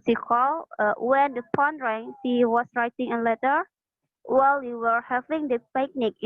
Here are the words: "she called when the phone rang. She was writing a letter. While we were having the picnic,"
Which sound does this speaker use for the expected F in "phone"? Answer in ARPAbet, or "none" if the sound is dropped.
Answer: P